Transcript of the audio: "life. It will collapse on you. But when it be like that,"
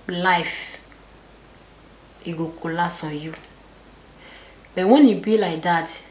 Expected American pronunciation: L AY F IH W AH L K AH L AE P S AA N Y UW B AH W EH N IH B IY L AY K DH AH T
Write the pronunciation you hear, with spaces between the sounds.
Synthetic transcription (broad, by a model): L AY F IH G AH K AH L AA S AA Y UW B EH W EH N IH B IY L AY K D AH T